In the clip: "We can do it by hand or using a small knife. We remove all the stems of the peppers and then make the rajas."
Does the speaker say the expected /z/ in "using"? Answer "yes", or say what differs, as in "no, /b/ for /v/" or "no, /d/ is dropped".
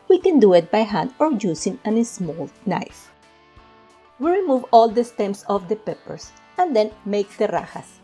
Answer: no, /s/ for /z/